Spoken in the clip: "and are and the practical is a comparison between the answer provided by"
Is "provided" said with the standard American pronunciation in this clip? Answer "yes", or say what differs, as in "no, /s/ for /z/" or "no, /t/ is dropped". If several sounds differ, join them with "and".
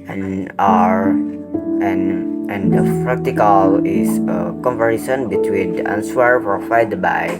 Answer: no, /f/ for /v/